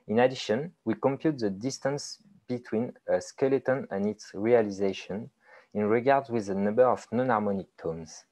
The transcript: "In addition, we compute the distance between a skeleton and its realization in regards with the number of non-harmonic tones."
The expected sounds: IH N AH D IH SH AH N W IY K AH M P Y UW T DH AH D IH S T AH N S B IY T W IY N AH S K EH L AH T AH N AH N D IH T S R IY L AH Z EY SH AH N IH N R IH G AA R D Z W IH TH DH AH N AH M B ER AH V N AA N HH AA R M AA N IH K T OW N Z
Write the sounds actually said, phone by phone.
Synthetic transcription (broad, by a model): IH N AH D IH SH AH N W IY K AH M P Y UW T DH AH D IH S T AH N S B IY T W IY N AH S K EH L AH T AH N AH N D IH T S R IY L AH Z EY SH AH N IH N R IH G AA R D Z W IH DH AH N AH M B ER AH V N AA N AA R M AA N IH K T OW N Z